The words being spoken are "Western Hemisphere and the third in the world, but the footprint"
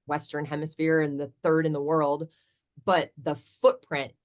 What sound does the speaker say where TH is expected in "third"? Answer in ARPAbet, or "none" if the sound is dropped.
TH